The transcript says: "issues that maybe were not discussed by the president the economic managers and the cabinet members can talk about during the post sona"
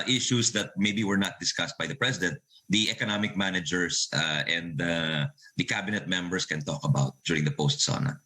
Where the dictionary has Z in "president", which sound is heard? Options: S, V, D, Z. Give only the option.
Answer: S